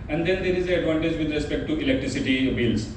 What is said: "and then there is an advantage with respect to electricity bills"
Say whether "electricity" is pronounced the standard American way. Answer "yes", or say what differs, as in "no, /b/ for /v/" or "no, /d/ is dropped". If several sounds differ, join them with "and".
yes